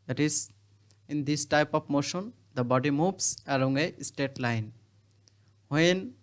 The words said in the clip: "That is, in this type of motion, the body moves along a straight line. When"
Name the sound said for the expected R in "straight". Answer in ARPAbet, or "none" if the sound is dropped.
none